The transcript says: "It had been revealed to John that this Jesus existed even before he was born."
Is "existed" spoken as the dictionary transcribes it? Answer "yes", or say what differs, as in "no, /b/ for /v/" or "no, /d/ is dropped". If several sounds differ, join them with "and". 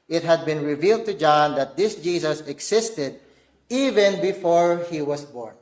no, /s/ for /z/